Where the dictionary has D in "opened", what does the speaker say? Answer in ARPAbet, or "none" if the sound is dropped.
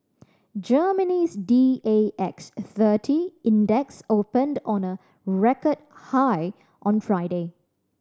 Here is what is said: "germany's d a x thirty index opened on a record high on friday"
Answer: D